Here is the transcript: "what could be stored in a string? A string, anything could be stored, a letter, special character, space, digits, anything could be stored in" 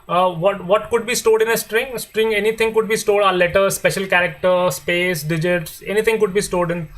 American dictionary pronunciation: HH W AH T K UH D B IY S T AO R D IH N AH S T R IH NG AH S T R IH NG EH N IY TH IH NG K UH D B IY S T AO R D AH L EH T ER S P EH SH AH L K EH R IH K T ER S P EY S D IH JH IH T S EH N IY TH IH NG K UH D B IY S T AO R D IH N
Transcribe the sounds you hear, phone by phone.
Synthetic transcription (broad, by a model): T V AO T K UH D B IY S T AO D IH N AH S T R IH NG S T R IH NG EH N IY T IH NG K UH D B IY S T AO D AH L EH T ER S P EH SH AH L K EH R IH K T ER S P EY S D IH JH IH T S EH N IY T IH NG K UH D B IY S T AO D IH N